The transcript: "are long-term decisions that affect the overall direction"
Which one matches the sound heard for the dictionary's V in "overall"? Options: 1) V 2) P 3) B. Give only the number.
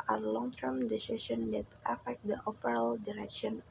2